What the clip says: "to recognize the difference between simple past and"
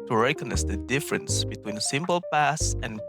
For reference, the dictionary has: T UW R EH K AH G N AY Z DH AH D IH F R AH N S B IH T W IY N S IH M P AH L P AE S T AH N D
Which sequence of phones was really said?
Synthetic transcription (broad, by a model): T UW R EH K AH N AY S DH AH D IH F R AH N S B IH T W IY N S IH M P AH L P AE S AH N